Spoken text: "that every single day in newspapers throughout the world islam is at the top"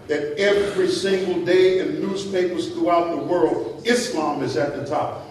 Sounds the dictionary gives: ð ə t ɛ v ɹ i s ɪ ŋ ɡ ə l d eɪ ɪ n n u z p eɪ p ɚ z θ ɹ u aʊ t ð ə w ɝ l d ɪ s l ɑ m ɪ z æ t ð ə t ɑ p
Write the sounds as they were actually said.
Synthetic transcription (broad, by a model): ð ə t ɛ v ɹ i s ɪ ŋ ɡ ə l d eɪ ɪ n n u z p eɪ p ɚ z θ ɹ u aʊ t ð ə w ɝ l d ɪ s l ɑ m ɪ z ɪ t ð ə t ɑ p